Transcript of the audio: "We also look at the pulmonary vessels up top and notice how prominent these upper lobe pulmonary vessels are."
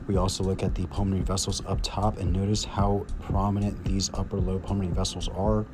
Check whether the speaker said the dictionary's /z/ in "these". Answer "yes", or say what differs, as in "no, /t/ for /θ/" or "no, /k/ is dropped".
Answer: yes